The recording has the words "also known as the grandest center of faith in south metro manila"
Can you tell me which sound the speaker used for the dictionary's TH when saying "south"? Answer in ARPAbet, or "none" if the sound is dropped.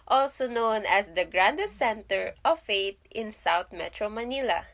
T